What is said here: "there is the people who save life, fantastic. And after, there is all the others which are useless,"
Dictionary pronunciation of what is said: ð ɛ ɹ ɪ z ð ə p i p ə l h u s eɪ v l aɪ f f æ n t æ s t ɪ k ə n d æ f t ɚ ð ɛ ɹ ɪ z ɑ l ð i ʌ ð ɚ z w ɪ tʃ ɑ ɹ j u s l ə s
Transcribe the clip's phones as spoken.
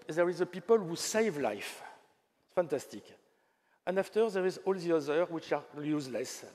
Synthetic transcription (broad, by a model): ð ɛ ɹ ɪ z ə p i p ə l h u s eɪ v l aɪ f f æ n t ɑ s t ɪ k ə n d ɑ f t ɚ ð ɛ ɹ ɪ z ɑ l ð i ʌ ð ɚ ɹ w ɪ tʃ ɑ l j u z l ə s